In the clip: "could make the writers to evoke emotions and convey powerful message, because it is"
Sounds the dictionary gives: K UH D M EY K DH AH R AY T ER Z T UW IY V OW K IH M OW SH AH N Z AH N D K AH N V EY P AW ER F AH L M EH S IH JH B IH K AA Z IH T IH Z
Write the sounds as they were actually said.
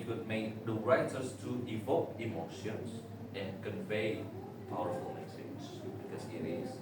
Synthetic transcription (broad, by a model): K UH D M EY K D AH R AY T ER S T UW IY V OW K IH M OW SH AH N S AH N K AH N V EY P AW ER F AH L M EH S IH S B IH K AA S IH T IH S